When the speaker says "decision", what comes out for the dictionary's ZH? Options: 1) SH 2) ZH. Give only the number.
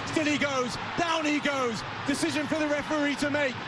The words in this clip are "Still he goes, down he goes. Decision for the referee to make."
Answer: 2